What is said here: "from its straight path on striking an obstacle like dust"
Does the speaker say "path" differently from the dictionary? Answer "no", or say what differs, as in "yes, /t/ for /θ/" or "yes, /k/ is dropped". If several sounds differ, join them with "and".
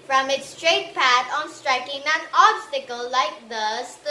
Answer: yes, /t/ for /θ/